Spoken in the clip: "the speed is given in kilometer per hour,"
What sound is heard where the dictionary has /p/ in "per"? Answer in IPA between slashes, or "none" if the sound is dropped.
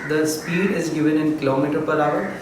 /p/